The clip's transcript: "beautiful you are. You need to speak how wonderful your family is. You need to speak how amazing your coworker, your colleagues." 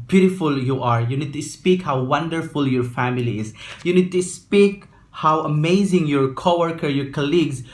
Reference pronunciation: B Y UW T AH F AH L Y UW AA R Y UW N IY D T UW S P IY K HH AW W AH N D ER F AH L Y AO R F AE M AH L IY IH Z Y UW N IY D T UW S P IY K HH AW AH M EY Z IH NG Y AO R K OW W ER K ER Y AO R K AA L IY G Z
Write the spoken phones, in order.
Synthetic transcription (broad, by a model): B Y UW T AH F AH L Y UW AA R Y UW N IY D T UW S P IY K HH AW W AH N D ER F AH L Y AO R F AE M AH L IY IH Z Y UW N IY D T UW S P IY K HH AW AH M EY Z IH NG Y AO R K OW W ER K ER Y AO R K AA L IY G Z